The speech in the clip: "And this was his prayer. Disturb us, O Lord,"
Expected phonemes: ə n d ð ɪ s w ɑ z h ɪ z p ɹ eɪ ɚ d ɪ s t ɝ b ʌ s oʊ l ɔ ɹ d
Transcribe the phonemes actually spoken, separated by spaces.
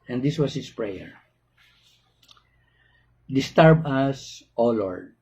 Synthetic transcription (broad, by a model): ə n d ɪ s w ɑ s h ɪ s p ɹ eɪ ɚ d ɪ s t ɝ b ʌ s oʊ l ɔ ɹ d